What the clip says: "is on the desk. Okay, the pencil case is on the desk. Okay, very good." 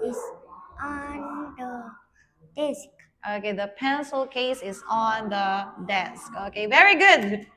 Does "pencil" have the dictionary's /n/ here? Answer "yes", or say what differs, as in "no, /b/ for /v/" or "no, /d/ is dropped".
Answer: yes